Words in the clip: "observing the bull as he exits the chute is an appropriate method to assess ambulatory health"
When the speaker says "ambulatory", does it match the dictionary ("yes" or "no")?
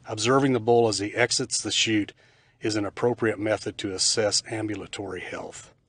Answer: yes